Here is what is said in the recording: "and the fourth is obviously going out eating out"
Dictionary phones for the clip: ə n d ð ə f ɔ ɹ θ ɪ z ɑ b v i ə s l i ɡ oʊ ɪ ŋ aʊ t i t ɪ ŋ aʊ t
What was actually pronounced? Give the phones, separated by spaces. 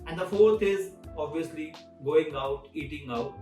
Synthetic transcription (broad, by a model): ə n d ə f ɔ ɹ t ɪ z ɑ b v i ə s l i ɡ oʊ ɪ ŋ aʊ t i t ɪ ŋ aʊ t